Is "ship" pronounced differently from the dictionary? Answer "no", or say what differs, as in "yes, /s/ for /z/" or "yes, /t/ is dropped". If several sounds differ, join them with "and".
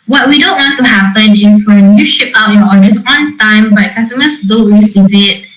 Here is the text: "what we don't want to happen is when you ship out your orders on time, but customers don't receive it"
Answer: no